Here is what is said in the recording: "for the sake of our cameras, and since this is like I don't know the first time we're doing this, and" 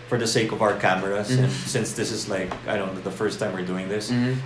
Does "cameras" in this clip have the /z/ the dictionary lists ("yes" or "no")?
no